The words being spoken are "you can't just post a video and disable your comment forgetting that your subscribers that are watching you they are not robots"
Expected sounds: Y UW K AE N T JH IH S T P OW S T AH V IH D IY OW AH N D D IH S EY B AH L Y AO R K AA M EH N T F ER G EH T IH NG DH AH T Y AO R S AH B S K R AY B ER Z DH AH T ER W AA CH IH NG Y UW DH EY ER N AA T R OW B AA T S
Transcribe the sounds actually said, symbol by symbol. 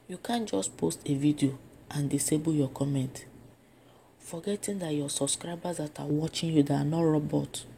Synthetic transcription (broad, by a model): Y UW K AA N JH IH S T P OW S T AH V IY D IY OW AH N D D IH S EY B AH L Y AO K AA M EH N T F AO G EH T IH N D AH T Y AO S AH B S K R AY B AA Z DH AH T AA W AA CH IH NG Y UW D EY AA N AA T R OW B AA T